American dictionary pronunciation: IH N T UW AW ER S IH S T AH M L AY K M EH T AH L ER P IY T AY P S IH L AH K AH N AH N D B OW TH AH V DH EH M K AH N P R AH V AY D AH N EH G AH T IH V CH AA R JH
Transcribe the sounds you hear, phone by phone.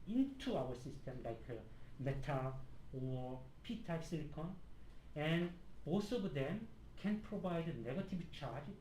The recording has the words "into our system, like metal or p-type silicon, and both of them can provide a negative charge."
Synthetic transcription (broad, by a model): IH N T UW AW ER S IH S T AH M L AY K M EH T AH L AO P IY T AY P S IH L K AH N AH N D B OW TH AH V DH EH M K AH N P R AH V AY D AH N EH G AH T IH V CH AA R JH